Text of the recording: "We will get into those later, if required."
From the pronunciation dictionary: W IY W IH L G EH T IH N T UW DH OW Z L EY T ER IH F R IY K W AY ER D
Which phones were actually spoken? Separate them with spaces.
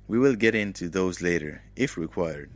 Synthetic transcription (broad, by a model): W IY W IH L G EH T IH N T UW DH OW Z L EY T ER IH F R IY K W AY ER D